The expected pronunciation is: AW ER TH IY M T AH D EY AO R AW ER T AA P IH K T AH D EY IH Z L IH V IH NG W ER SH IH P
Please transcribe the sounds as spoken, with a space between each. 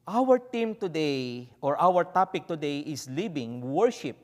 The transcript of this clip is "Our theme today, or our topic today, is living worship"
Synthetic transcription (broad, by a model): AW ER T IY M T AH D EY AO R AW ER T AA P IH K T AH D EY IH S L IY B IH NG W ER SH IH P